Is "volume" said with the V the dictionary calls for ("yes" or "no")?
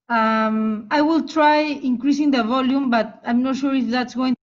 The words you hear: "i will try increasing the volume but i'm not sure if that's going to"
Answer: yes